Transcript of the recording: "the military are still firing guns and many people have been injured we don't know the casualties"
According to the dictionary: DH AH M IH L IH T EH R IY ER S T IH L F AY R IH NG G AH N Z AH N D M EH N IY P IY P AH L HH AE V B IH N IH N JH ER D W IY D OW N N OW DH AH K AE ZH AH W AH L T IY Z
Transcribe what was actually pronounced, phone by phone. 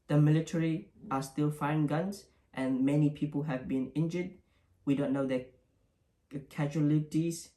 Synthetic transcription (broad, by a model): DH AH M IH L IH T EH R IY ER S T IH L F AY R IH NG G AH N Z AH N M EH N IY P IY P AH L HH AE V B IH N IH N JH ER D W IY D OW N N OW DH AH K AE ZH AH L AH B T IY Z